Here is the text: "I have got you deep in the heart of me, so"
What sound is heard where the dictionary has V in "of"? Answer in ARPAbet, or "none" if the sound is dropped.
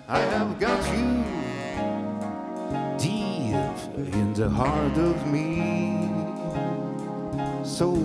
V